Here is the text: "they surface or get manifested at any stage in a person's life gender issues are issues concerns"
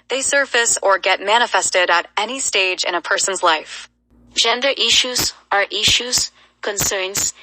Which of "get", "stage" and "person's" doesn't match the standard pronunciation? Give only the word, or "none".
none